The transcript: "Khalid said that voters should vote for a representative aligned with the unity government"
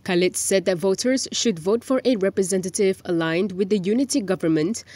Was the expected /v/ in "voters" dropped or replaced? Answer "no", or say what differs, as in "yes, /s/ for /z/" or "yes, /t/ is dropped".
no